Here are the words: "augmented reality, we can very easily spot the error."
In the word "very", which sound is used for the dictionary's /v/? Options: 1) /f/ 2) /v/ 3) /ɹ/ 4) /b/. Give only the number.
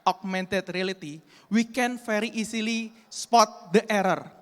1